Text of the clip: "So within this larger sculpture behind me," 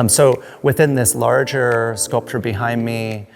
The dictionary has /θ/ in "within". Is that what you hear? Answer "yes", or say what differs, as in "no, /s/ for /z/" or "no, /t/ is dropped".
yes